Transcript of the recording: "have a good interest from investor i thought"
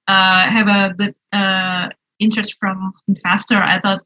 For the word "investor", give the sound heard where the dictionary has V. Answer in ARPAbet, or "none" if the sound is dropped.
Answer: F